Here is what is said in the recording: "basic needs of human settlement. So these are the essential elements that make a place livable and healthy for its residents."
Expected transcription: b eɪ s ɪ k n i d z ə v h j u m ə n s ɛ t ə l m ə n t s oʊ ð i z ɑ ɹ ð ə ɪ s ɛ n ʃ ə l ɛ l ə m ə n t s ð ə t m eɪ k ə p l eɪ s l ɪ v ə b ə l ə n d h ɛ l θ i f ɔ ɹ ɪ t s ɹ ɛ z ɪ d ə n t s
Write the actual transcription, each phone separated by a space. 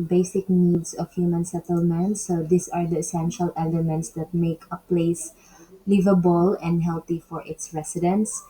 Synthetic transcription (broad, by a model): b eɪ s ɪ k n i d s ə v h j u m ə n s ɛ t ə l m ə n t s oʊ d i s ɑ ɹ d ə ɪ s ɛ n ʃ ə l ɛ l ə m ə n t s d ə t m eɪ k ə p l eɪ s l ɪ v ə b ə l ə n d h ɛ l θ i f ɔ ɹ ɪ t s ɹ ɛ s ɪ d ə n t s